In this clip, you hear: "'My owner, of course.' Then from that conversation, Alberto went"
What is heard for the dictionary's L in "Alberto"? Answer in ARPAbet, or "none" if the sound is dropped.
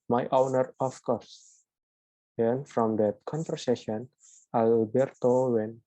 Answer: none